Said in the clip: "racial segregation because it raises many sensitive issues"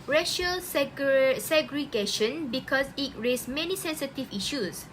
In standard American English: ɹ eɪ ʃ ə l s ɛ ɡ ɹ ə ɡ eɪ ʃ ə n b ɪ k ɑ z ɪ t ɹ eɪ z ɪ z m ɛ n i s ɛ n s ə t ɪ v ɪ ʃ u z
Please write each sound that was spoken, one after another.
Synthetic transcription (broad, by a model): ɹ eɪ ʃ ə l s ɛ ɡ ɹ ə ɡ eɪ ʃ ə n b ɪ k ɑ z ɪ t ɹ eɪ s m ɛ n i s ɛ n s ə t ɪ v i ʃ u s